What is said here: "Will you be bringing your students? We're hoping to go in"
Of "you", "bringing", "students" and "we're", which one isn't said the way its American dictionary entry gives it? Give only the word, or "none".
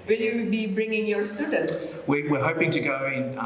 we're